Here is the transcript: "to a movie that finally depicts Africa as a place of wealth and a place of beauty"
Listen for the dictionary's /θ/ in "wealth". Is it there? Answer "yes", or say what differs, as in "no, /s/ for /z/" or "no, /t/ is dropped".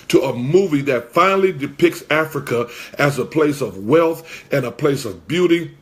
yes